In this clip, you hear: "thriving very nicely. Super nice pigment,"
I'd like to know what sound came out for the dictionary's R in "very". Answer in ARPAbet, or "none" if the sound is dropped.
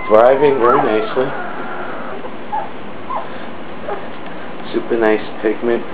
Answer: L